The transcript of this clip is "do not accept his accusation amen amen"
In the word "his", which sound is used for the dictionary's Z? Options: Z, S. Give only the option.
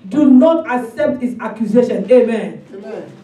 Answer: S